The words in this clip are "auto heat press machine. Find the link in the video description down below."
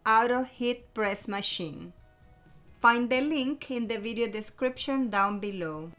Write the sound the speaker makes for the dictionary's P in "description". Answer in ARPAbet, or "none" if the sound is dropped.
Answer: P